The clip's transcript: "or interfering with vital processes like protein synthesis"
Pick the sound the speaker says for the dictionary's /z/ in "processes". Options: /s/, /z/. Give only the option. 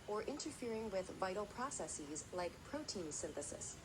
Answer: /z/